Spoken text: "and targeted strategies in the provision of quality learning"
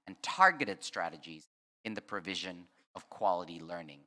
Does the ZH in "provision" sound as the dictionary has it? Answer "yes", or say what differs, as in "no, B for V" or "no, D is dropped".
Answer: yes